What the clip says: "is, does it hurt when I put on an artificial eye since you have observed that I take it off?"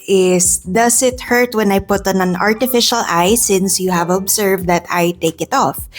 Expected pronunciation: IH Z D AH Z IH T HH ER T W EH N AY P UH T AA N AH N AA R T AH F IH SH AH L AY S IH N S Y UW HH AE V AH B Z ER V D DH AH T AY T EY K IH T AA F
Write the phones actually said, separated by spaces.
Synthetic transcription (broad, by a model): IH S D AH S IH T HH ER T W EH N AY P UH T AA N AH N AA R T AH F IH SH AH L AY S IH N S Y UW HH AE V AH B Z ER V D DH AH T AY T EY K IH T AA F